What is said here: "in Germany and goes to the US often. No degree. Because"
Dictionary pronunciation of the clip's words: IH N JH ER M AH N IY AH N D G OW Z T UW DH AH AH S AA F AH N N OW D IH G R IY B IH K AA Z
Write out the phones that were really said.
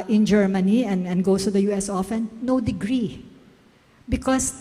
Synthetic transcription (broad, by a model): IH N JH ER M AH N IY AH N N G OW S T UW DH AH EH S AA F AH N N OW D IH G R IY B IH K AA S